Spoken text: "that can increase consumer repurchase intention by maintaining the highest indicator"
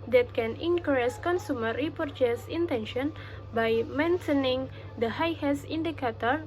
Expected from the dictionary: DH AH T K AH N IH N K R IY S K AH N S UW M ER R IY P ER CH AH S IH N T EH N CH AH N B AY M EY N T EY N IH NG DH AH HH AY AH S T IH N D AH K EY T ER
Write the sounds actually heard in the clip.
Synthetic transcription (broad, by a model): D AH T K AH N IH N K R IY S K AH N S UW M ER R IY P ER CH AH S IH N T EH N SH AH N B AY M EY N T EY N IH NG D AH HH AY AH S IY N D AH K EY T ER